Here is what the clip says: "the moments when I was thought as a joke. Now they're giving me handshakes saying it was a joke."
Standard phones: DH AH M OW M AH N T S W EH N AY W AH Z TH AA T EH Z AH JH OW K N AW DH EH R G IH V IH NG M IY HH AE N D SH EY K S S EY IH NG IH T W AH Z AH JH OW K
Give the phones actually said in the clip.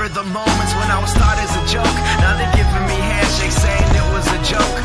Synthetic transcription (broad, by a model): DH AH M OW M AH N T S W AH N AY W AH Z T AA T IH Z AH JH OW K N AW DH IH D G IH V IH M IY HH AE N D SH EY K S S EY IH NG IH T W AH Z AH JH OW K